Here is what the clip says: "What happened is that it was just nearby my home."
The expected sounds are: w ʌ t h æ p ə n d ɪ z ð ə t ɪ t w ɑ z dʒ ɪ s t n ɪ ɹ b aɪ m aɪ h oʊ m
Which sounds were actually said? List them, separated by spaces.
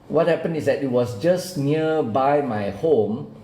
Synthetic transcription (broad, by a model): w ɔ t h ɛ p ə n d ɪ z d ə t ɪ t w ɑ s dʒ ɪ s n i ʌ b aɪ m aɪ h oʊ m